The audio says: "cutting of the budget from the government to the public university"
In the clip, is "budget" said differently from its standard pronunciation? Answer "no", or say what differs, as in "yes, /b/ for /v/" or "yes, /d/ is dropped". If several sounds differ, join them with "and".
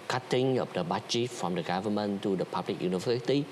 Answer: yes, /tʃ/ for /dʒ/